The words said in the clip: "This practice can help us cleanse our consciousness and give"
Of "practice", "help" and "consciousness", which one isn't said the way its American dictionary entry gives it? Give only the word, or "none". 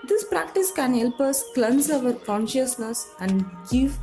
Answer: none